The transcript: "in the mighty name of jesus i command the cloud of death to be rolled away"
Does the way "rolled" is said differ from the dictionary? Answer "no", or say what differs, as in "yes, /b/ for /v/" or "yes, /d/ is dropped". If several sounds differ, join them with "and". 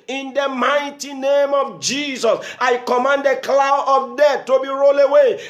yes, /d/ is dropped